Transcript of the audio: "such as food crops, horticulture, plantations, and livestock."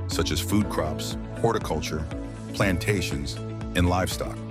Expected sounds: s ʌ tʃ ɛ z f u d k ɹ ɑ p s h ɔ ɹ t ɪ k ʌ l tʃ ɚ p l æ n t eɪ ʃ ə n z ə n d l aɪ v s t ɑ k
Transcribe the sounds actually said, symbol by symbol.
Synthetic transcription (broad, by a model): s ʌ tʃ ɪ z f u d k ɹ ɑ p s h ɔ ɹ t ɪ k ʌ l tʃ ɚ p l æ n t eɪ ʃ ə n z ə n l aɪ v s t ɑ k